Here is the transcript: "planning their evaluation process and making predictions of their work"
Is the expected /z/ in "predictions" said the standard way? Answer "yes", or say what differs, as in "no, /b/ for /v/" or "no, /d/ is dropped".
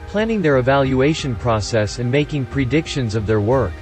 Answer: yes